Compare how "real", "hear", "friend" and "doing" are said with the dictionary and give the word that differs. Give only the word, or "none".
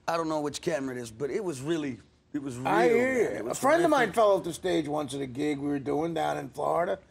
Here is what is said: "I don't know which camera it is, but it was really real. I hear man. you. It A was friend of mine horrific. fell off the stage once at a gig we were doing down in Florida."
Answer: real